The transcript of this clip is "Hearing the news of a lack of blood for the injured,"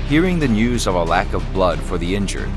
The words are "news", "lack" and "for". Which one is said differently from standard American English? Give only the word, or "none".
none